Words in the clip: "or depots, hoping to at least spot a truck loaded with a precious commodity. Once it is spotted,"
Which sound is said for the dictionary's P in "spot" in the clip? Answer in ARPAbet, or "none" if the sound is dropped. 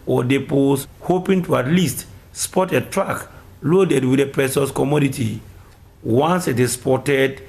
P